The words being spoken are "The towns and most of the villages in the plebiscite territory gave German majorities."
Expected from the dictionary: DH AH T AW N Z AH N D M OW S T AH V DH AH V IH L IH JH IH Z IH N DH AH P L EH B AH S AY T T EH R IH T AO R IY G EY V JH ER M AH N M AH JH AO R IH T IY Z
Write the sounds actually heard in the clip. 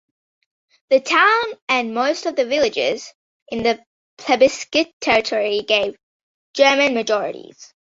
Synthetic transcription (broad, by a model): DH AH T AW N AH N M OW S T AH V DH AH V IH L IH JH IH Z IH N DH AH P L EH B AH S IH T T EH R IH T AO R IY G EY V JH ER M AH N M AH JH AO R IH T IY Z